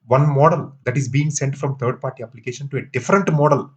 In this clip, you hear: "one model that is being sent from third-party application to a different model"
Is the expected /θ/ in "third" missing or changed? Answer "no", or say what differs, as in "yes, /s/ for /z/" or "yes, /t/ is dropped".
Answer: yes, /t/ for /θ/